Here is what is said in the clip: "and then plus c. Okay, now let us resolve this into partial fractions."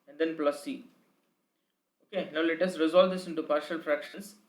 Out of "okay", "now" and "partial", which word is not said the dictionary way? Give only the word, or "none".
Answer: none